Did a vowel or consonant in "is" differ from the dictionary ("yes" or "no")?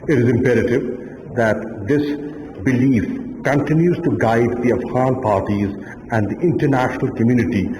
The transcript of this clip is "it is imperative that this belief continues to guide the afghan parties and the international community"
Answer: no